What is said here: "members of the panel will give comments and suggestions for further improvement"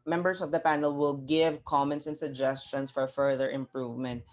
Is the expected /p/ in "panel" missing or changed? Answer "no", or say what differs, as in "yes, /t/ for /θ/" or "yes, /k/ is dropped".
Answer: no